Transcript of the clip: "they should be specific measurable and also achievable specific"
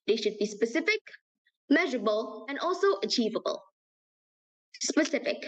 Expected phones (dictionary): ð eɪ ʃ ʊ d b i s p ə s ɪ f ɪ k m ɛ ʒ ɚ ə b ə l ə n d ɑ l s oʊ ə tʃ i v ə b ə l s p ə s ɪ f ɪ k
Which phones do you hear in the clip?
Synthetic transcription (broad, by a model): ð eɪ ʃ ʊ d b i s p ə s ɪ f ɪ k m ɛ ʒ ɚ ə b ə l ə n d ɑ l s oʊ ə tʃ i v ə b ə l s p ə s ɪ f ɪ k